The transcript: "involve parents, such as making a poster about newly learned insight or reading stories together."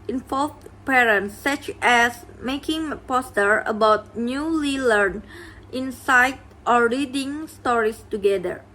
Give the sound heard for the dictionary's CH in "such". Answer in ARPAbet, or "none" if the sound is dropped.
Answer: CH